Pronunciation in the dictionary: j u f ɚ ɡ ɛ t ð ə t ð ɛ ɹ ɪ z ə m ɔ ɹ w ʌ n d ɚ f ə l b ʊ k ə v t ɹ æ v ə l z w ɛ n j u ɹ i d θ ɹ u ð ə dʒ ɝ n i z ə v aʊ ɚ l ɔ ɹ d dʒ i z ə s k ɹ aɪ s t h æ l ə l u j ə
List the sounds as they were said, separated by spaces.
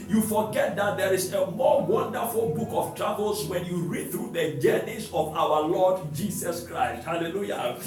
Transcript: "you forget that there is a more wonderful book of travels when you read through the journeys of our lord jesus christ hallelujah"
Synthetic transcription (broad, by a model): j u f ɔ ɡ ɛ t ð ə t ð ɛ ɹ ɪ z ə m ɔ w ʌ n d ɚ f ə l b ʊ k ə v t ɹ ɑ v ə l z w ɛ n j u ɹ i d θ ɹ u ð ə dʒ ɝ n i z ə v aʊ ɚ l ɔ d dʒ i s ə s k ɹ aɪ s t h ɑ l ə l u j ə